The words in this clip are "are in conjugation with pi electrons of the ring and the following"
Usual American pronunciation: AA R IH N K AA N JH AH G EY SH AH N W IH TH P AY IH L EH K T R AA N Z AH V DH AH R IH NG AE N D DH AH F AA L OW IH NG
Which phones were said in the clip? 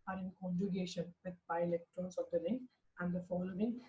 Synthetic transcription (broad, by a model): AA R IH N K AA N JH AH G EY SH AH N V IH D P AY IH L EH K T R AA N S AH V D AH L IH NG AE N D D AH F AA L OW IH NG